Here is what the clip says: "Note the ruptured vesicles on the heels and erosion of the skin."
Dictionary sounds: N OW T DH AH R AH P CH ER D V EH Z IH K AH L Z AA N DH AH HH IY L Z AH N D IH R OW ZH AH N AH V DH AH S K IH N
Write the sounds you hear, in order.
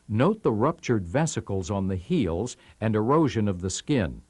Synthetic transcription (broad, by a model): N OW T DH AH R AH P CH ER D V EH S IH K L Z N DH AH HH IY L Z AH N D IH R OW ZH AH N AH V DH AH S K IH N